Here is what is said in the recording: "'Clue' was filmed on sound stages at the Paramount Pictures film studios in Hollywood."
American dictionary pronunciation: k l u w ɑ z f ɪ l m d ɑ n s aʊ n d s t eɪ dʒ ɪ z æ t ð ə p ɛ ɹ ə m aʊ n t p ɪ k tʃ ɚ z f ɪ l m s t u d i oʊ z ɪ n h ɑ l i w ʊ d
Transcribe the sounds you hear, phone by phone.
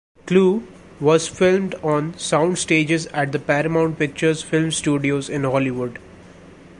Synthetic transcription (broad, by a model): k l u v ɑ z f ɪ l m d ɑ n s aʊ n d s t eɪ dʒ ɪ z æ t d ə p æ ɹ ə m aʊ n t p ɪ k tʃ ɚ z f ɪ l m s t u d i oʊ z ɪ n h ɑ l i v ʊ d